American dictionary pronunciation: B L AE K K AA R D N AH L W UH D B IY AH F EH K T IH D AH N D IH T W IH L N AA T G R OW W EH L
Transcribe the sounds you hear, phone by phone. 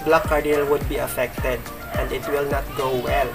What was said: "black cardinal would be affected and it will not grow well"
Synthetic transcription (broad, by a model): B L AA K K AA R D AH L W UH D B IY AH F EH K T IH D AH N D IH T W IH L N AA T G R OW W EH L